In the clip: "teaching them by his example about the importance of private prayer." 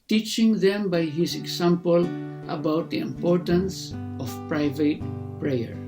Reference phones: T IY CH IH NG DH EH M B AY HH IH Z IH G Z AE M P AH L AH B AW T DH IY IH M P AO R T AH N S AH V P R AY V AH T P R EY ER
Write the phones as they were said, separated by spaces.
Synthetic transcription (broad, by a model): T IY CH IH NG DH EH M B AY HH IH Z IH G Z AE M P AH L AH B AW T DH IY IH M P AO R T AH N S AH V P R AY V AH T P R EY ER